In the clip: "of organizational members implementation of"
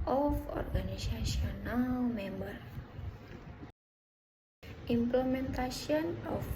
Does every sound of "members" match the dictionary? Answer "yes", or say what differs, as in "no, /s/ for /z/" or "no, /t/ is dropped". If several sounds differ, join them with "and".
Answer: no, /z/ is dropped